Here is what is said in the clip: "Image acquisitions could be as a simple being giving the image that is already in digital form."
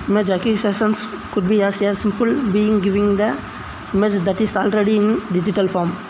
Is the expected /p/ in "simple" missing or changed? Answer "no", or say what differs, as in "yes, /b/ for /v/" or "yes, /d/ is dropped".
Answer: no